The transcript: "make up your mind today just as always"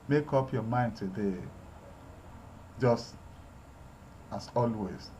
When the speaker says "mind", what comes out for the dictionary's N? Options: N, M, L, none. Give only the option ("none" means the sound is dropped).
N